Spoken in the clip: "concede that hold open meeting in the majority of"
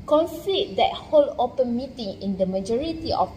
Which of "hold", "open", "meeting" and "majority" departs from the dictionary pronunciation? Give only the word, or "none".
hold